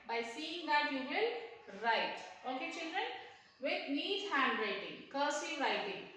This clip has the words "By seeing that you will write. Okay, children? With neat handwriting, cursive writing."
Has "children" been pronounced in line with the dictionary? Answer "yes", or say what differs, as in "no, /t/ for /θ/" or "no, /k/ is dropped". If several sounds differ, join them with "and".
yes